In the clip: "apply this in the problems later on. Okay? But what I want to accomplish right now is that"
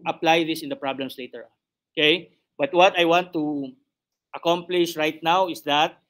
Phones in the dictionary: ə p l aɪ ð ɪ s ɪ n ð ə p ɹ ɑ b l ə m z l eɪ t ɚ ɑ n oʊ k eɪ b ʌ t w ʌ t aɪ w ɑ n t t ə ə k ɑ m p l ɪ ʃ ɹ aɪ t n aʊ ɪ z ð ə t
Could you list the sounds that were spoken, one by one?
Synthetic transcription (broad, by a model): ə p l aɪ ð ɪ s ɪ n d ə p ɹ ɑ b l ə m s l eɪ t ɚ ɑ n oʊ k eɪ b ʌ t w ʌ t aɪ w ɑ n t t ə ə k ɑ m p l ɪ ʃ ɹ aɪ t n aʊ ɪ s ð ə t